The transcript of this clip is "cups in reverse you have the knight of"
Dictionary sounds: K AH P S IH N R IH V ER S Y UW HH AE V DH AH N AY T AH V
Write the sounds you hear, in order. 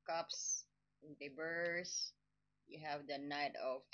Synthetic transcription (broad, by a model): K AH P S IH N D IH B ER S Y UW HH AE V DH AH N AY T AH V